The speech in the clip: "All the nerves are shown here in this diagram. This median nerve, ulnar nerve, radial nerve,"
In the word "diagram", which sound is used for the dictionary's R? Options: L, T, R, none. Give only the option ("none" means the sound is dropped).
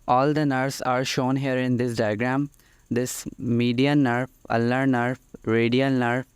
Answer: R